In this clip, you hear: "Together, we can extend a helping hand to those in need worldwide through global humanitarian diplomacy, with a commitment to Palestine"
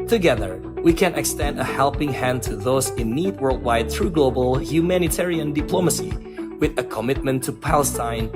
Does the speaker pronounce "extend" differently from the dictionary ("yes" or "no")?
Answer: no